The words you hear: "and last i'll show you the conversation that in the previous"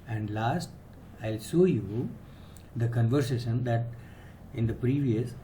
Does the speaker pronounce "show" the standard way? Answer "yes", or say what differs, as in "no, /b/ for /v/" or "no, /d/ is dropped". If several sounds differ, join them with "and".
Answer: no, /s/ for /ʃ/